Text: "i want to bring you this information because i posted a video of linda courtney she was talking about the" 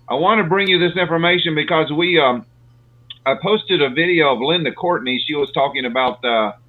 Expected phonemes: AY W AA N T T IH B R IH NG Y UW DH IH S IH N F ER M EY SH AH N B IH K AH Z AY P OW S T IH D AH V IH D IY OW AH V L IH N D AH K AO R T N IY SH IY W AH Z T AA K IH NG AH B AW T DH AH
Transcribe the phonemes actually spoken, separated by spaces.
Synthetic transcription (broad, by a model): AY W AA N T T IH B R IH NG Y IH DH IH S IH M F ER M EY SH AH N B IH K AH Z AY P OW S T IH D AH V IH D IY OW AH V L IH N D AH K AO R T N IY SH IY W AH Z T AA K IH NG AH B AW T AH